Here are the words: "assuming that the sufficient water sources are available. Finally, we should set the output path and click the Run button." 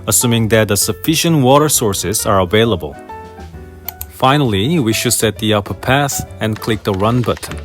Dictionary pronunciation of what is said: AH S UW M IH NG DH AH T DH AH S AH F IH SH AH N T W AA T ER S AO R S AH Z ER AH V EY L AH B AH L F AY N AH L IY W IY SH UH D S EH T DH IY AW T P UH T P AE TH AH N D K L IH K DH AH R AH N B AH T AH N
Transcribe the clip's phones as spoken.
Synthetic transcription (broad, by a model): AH S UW M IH NG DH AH T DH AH S AH F IH SH AH N T W AA T ER S AO R S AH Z ER AH V EY L AH B AH L F AY N AH L IY W IY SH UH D S EH T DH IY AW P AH P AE S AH N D K L IH K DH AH R AH N B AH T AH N